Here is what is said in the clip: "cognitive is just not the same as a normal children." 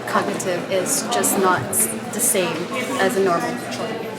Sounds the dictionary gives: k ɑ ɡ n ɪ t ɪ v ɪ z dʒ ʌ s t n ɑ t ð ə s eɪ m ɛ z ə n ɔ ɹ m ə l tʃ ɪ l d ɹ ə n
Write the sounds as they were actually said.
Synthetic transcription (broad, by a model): k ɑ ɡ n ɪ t ɪ v ɪ z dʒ ʌ s n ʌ t ð ə s eɪ m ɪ z ə n ɔ ɹ m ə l l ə